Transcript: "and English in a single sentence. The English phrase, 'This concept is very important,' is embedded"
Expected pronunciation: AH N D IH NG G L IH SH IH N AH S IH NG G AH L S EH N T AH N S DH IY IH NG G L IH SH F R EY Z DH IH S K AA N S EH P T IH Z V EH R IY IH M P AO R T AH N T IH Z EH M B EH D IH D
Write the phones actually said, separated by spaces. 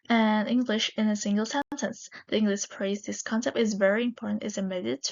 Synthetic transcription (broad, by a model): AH N IH NG G L IH SH IH N AH S IH NG G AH L S EH N T AH N S DH IY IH NG G L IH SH P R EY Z DH IH S K AA N S EH P T IH Z V EH R IY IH M P AO R T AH N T IH Z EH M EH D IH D